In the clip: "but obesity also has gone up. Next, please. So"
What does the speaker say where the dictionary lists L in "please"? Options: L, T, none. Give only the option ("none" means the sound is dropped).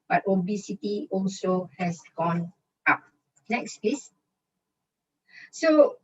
none